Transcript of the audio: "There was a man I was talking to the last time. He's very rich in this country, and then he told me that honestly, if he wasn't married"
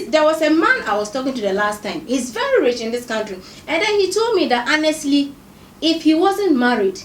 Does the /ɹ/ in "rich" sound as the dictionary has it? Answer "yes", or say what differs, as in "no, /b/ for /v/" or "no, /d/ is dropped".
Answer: yes